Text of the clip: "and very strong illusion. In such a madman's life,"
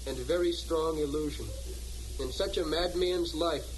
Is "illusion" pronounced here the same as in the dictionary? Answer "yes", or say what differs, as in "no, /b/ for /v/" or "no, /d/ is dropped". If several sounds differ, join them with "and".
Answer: yes